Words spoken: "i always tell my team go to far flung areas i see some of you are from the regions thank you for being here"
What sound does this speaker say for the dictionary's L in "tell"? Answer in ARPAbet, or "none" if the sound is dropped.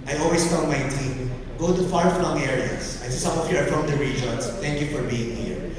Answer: N